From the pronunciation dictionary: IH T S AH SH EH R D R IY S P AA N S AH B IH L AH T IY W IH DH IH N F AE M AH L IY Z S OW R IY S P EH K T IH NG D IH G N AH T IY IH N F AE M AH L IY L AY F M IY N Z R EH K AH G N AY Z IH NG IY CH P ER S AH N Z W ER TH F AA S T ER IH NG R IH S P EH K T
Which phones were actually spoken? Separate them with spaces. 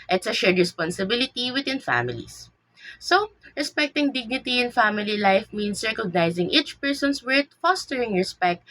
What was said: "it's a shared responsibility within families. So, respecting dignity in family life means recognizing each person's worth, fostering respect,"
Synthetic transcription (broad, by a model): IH T S AH SH EH R D R IY S P AA N S AH B IH L AH T IY W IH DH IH N F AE M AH L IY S S OW R IY S P EH K T IH NG D IH G N AH T IY IH N F AE M AH L IY L AY F M IY N S R EH K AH G N AY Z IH NG IY CH P ER S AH N S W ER T F AA S T ER IH NG R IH S P EH K T